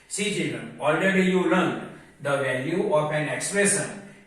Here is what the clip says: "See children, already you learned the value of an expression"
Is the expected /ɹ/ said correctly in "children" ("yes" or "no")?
yes